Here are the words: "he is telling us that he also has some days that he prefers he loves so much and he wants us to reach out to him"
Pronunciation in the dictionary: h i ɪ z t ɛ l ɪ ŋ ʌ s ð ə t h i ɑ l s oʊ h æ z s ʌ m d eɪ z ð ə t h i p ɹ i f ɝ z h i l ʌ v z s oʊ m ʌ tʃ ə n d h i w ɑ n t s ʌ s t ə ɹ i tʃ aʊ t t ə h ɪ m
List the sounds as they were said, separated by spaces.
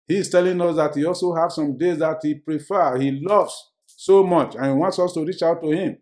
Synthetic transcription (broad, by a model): h i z t ɛ l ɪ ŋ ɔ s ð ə t h i ɑ l s oʊ h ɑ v s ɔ m d eɪ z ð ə t h i p ɹ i f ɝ h i l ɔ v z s oʊ m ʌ tʃ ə n h i w ɑ n t s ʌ s t ə ɹ i tʃ aʊ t t ə h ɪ m